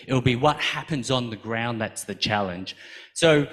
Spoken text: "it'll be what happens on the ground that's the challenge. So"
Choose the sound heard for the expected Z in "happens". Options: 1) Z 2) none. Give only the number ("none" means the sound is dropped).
1